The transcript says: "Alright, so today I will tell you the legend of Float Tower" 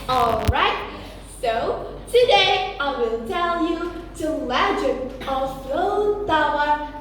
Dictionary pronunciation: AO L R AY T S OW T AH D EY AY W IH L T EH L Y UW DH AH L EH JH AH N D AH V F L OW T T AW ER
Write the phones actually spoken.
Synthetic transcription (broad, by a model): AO L R AY T S OW T AH D EY AY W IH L T EH L Y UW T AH L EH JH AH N AH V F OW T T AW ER